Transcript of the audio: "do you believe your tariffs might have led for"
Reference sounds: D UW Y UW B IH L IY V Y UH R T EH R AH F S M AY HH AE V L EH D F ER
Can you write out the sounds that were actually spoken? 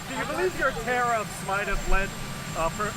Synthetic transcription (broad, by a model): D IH Y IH B IH L IY V Y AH R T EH R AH S M AY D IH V L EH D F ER